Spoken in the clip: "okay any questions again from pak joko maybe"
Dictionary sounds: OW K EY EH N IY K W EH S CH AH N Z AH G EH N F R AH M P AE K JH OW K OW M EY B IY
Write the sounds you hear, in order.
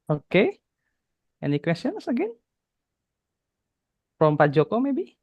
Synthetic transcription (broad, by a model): OW K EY EH N IY K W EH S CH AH N S AH G EH N P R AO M P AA JH OW K OW M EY B IY